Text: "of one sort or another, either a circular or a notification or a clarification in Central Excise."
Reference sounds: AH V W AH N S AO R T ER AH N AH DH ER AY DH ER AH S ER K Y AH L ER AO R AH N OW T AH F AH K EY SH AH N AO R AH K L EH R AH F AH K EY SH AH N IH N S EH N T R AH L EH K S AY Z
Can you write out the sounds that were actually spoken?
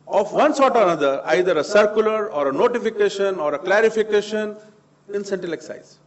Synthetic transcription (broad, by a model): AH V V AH N S AO R T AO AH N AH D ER AY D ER AH S ER K Y AH L ER AO R AH N OW T AH F AH K EY SH AH N AO R AH K L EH R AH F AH K EY SH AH N IH N S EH N T AH L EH K S AY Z